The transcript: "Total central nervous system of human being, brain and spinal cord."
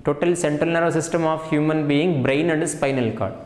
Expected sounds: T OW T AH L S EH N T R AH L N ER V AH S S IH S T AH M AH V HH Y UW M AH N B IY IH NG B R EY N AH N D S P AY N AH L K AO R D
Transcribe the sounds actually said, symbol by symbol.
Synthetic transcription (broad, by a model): T OW T AH L S EH N T R AH L N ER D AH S S IH S T AH M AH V HH Y UW M AH N B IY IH NG B R EY N AH N D S P AY N AH L K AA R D